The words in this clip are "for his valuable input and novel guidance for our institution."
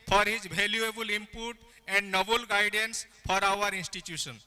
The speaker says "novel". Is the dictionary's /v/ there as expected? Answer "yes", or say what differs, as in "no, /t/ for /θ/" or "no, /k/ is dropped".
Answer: no, /b/ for /v/